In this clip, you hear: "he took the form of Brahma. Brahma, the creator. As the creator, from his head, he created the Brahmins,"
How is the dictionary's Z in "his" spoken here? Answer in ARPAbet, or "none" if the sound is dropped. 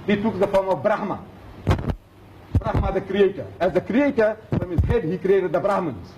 S